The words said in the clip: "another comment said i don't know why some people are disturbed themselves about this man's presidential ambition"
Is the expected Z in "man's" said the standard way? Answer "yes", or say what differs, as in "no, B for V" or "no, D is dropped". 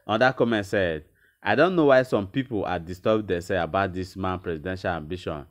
no, Z is dropped